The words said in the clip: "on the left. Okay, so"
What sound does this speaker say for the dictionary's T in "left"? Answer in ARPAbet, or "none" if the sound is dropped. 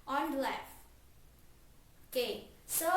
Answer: none